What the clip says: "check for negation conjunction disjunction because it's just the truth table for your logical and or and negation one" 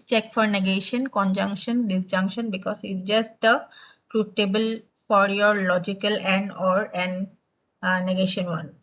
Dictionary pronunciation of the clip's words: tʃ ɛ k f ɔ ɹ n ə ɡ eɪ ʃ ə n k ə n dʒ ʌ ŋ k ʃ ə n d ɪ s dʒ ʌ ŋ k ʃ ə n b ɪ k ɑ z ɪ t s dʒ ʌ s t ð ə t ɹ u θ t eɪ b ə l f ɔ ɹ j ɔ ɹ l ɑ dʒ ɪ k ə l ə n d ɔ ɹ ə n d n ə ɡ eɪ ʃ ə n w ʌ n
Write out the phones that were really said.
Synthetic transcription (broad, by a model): tʃ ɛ k f ɔ ɹ n ə ɡ eɪ ʃ ə n k ə n dʒ ʌ ŋ k ʃ ə n d ɪ s dʒ ʌ ŋ k ʃ ə n b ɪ k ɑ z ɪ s dʒ ʌ s t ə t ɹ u t eɪ b ə l f ɔ ɹ j ɔ ɹ l ɑ dʒ ɪ k ə l ə n d ɔ ɹ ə n n ə ɡ eɪ ʃ ə n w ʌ n